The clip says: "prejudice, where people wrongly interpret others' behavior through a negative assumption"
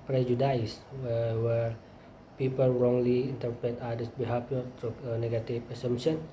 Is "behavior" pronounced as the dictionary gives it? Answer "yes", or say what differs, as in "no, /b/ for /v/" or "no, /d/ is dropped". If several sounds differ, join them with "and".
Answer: no, /f/ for /v/